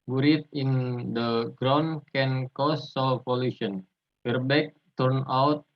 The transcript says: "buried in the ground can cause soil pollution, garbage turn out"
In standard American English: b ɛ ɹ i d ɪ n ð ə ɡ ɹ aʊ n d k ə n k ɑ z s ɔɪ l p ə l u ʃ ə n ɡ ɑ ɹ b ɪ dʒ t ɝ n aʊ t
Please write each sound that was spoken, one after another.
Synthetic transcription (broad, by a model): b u ɹ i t ɪ n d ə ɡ ɹ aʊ n k ə n k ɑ s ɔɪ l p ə l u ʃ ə n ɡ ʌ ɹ b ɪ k t ɝ n aʊ t